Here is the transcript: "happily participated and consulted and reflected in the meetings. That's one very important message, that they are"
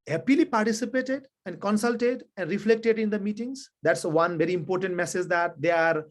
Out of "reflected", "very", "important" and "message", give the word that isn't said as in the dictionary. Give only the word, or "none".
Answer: none